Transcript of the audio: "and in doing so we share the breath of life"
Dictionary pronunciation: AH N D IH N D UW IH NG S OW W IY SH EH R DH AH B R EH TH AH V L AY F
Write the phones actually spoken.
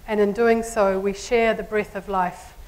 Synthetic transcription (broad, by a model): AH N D IH N D UW IH NG S OW W IY SH EH R DH AH B R EH TH AH V L AY F